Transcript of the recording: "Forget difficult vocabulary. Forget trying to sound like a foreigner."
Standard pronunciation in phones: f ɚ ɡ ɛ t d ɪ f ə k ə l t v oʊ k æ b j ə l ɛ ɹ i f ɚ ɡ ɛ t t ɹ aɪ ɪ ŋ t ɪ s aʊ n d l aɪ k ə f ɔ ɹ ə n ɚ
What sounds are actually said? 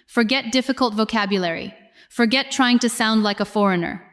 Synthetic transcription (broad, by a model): f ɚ ɡ ɛ t d ɪ f ə k ə l t v oʊ k æ b j ə l ɛ ɹ i f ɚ ɡ ɛ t t ɹ aɪ ɪ ŋ t ɪ s aʊ n d l aɪ k ə f ɔ ɹ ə n ɚ